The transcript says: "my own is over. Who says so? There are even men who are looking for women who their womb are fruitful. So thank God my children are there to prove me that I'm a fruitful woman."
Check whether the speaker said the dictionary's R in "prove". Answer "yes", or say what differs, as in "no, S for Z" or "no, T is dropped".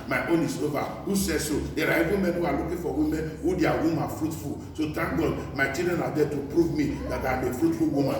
yes